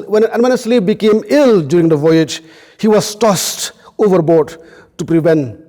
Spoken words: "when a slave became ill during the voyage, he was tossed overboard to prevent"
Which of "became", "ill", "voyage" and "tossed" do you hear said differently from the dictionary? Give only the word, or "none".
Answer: none